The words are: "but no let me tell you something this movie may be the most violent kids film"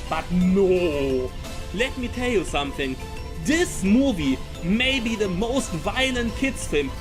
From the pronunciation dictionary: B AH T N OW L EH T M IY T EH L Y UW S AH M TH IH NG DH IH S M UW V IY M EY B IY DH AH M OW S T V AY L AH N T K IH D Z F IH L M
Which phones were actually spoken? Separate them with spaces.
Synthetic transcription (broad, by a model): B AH T N OW L EH T M IY T EH L Y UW S AH M TH IH NG DH IH S M UW V IY M EY B IY DH AH M OW S T V AY L AH N T K IH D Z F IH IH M